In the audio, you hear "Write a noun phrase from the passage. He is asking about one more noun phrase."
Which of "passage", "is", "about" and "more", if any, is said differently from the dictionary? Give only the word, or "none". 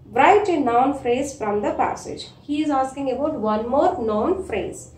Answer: none